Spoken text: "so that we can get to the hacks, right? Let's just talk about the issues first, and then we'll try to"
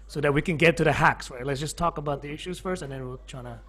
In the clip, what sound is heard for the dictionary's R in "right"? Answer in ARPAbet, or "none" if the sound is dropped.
W